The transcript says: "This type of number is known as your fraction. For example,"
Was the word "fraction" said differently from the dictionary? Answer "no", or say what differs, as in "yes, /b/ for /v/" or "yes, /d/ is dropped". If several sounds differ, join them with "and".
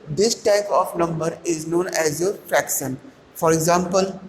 no